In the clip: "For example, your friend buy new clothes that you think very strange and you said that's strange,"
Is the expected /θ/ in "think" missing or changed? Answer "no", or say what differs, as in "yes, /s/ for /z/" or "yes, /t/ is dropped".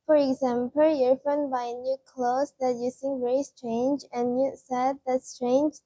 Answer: yes, /s/ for /θ/